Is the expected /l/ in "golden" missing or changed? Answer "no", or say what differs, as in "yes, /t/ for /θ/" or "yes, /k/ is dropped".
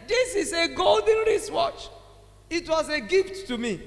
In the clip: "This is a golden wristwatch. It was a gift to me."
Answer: no